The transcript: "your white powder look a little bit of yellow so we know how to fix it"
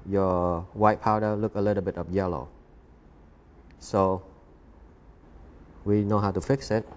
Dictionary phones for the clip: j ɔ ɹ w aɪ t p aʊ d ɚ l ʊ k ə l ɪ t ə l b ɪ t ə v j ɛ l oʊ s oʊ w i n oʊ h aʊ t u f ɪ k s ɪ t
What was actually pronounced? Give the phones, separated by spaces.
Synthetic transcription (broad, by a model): j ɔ w aɪ t p aʊ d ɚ l ʊ k ə l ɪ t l b ɪ t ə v j ɛ l oʊ s oʊ w i n oʊ h aʊ t u f ɪ k s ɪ t